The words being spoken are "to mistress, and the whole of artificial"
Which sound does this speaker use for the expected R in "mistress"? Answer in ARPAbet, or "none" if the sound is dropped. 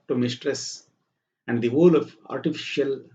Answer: R